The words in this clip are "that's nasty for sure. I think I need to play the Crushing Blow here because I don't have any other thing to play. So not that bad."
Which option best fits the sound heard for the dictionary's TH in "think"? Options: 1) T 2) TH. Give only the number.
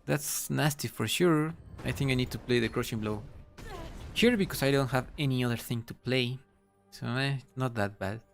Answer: 2